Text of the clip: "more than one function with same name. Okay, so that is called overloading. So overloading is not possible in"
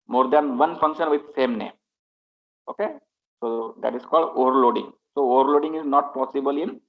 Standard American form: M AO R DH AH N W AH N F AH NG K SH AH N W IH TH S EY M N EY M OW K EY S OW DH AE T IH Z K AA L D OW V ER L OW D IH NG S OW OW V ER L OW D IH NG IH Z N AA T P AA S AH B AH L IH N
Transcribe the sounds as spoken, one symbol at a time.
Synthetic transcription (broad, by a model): M AO R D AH N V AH N F AH NG K SH AH N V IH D S EY M N EY M OW K EY S OW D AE T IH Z K AA L D OW V ER L OW D IH NG S OW OW V ER L OW D IH NG IH Z N AA T P AA S AH B AH L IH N